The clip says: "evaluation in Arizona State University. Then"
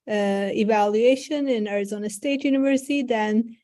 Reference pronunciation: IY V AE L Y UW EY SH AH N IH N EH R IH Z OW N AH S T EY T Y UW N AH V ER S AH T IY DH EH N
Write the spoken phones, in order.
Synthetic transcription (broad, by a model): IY V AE L Y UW EY SH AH N IH N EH R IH Z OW N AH S T EY T Y UW N AH V ER S AH T IY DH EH N